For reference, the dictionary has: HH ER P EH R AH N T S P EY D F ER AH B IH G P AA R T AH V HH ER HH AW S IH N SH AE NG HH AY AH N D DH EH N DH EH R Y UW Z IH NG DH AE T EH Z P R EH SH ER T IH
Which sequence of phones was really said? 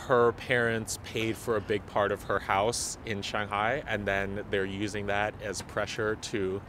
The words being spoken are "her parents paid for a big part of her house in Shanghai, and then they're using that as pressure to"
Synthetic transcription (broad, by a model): HH ER P EH R AH N T S P EY D F ER AH B IH G P AA R T AH V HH ER HH AW S IH N SH AE NG HH AY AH N DH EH N DH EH R Y UW Z IH NG DH AE T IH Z P R EH SH ER T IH